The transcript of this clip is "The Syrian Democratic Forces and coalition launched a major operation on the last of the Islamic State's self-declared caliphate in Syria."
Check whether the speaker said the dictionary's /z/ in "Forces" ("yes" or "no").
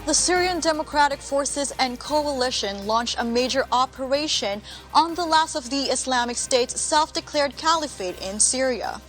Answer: yes